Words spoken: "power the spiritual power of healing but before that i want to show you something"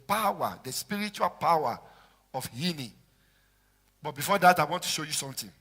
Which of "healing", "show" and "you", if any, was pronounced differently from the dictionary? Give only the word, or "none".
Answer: healing